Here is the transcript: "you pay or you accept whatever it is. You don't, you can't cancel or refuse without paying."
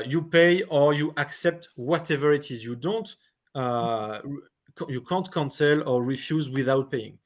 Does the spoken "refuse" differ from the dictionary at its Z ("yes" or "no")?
no